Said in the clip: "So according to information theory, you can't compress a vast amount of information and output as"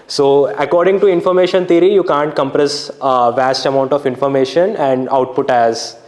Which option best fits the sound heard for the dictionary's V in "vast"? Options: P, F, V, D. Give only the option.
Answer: V